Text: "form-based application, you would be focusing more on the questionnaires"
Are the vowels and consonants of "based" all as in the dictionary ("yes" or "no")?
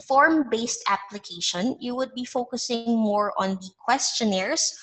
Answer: yes